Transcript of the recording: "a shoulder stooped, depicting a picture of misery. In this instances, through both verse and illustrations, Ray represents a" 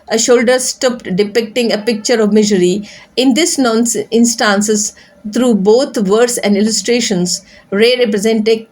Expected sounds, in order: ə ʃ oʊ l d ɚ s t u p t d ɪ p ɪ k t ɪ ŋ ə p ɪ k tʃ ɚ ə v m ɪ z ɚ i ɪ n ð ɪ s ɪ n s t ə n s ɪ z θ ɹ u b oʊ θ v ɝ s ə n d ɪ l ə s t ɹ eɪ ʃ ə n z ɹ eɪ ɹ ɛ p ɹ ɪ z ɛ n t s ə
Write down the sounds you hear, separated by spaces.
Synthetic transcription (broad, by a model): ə ʃ oʊ l d ɚ s t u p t d ɪ p ɪ k t ɪ ŋ ə p ɪ k tʃ ɚ ə v m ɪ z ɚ i ɪ n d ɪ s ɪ n s t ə n s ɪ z t ɹ u b oʊ t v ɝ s ə n d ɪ l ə s t ɹ eɪ ʃ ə n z ɹ eɪ ɹ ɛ p ɹ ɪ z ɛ n t ə